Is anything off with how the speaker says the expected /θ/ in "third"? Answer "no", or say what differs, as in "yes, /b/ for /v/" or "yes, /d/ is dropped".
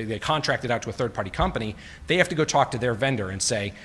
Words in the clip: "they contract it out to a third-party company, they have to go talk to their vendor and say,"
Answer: no